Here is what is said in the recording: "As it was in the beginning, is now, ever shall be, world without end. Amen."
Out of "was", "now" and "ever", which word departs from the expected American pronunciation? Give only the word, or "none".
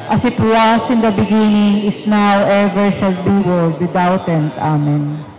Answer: was